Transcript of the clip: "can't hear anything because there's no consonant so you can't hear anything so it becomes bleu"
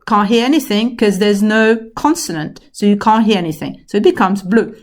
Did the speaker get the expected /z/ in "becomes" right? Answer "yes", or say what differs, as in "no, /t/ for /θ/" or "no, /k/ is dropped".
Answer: yes